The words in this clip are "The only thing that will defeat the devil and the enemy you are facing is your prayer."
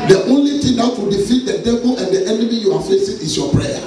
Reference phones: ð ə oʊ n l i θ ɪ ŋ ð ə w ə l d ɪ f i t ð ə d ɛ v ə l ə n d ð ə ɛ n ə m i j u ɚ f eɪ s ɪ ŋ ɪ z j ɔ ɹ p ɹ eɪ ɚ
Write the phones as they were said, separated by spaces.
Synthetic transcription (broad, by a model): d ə oʊ n l i t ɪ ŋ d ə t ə d ɪ f i t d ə d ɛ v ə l ə n d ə ɛ n ə m i j u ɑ f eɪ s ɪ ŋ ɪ s j ɔ p ɹ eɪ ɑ